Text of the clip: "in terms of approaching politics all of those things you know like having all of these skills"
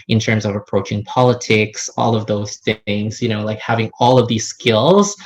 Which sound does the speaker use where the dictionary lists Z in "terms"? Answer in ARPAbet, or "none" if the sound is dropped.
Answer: Z